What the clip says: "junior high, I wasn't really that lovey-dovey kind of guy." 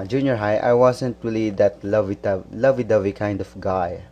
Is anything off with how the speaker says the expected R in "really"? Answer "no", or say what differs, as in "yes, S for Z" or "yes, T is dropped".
yes, L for R